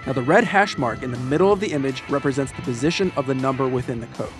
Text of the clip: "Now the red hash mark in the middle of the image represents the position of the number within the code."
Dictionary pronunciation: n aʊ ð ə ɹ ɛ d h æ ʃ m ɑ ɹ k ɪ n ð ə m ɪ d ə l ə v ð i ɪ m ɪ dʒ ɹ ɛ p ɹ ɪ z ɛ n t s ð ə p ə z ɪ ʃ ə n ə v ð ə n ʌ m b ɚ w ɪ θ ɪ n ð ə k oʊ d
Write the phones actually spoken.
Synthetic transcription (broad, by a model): n aʊ ð ə ɹ ɛ d h æ ʃ m ɑ ɹ k ɪ n ð ə m ɪ d l ə v ð i ɪ m ɪ dʒ ɹ ɛ p ɹ ɪ z ɛ n t s ð ə p ə z ɪ ʃ ə n ə v ð ə n ʌ m b ɚ w ɪ θ ɪ n ð ə k oʊ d